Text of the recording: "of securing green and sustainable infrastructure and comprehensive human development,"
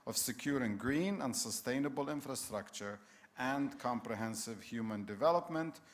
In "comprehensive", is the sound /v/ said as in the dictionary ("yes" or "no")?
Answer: yes